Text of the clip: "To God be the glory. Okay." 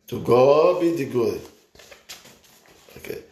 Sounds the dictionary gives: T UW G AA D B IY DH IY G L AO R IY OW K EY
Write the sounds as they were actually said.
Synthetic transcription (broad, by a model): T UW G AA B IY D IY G AO IY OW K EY